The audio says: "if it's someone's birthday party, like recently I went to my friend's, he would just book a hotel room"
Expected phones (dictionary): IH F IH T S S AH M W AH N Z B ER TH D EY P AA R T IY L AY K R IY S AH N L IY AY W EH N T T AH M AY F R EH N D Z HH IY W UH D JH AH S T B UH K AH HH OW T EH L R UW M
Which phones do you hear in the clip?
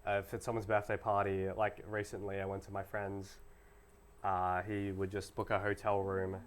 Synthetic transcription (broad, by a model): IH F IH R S S AH M W AH N Z B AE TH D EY P AA R T IY L AY K R IY S AH N L IY AY W EH N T T AH M AY F R EH N D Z HH IY W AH D JH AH S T B UH K AH HH OW T EH L R UW M